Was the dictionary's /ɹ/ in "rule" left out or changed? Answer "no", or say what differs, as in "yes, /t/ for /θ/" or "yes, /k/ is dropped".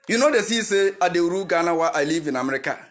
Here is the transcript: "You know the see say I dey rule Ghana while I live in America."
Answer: yes, /w/ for /ɹ/